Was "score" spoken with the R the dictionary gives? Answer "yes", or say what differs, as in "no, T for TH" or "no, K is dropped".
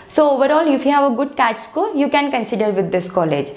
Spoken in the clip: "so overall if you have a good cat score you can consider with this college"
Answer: no, L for R